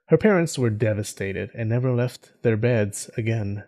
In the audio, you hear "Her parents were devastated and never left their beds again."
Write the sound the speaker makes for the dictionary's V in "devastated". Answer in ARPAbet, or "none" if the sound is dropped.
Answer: V